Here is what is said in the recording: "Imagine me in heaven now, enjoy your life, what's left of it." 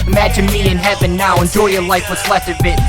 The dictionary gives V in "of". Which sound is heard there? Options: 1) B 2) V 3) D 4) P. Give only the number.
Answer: 1